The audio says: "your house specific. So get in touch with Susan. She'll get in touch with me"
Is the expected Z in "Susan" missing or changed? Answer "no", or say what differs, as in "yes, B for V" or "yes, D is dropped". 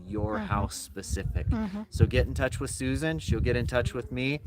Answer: no